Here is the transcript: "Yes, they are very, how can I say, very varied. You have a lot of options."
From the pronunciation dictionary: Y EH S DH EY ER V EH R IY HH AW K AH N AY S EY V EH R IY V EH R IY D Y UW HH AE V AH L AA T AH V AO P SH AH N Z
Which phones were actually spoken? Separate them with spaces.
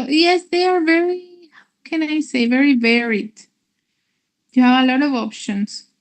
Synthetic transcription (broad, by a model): Y EH S DH EY ER V EH R IY HH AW K AH N AY S EY V EH R IY V EH R IY D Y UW HH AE V AH L AA T AH V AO P SH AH N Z